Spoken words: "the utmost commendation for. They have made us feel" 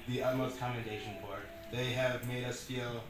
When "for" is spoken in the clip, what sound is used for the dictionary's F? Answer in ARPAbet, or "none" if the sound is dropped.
P